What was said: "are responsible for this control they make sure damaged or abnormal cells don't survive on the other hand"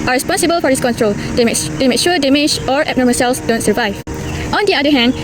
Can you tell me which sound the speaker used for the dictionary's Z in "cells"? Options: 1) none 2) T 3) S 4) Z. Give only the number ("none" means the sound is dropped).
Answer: 3